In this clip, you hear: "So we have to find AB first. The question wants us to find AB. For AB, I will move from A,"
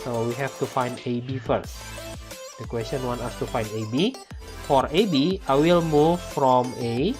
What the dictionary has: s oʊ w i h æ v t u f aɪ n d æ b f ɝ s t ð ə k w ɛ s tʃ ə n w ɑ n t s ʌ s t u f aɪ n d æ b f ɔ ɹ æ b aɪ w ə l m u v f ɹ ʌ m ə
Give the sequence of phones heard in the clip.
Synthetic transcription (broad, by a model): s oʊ w i h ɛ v t u f aɪ n d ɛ b f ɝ s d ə k w ɛ s tʃ ə n w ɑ n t ɑ s t u f aɪ n d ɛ b f ɔ ɹ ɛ b aɪ w ə l m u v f ɹ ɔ m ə